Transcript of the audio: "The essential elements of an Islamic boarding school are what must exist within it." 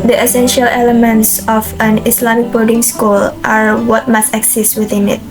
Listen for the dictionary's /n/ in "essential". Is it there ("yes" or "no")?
yes